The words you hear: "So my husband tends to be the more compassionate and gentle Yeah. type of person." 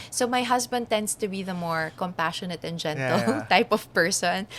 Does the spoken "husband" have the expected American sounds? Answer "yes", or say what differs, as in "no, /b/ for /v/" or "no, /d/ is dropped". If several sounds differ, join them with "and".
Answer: no, /s/ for /z/